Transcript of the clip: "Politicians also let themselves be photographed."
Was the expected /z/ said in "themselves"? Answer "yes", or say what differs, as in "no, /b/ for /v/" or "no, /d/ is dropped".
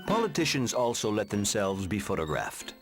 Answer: yes